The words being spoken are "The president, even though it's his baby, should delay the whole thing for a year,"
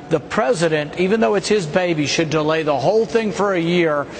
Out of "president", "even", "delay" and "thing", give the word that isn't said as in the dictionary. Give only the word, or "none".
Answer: none